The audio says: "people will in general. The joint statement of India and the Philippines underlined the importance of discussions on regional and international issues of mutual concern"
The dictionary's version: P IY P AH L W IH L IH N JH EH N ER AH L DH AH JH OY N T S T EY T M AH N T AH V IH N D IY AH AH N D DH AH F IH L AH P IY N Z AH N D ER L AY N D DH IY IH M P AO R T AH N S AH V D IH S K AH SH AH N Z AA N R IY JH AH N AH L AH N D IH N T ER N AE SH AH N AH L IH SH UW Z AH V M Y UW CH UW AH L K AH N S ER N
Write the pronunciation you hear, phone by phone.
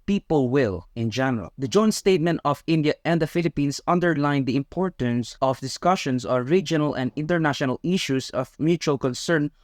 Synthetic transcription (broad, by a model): P IY P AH L W IH L IH N JH EH N ER AH L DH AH JH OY N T S T EY T M AH N T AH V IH N D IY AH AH N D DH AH F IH L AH P IY N S AH N D ER L AY N D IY IH M P AO R T AH N S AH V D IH S K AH SH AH N S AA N R IY JH AH N AH L AH N D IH N T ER N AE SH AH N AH L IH SH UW S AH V M Y UW CH UW AH L K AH N S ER N